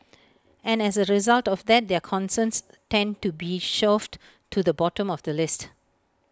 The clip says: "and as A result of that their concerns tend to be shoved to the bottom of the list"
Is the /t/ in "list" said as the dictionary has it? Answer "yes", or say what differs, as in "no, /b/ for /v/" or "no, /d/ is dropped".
yes